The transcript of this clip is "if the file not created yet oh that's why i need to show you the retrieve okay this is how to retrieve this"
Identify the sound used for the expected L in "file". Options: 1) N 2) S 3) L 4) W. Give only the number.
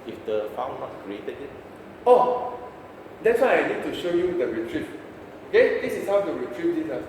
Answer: 1